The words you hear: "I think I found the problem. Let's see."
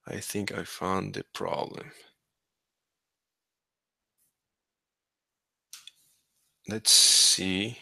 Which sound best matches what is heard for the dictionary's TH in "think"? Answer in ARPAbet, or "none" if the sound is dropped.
TH